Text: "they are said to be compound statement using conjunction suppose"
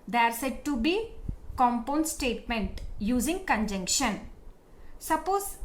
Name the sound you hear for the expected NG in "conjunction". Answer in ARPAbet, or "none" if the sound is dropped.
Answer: NG